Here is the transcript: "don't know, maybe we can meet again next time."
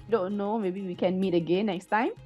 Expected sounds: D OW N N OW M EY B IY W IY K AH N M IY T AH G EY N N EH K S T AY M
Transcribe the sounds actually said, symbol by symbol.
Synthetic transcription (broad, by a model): D OW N N OW M EY B IY W IY K AH N M IY T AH G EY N N EH K S T AY M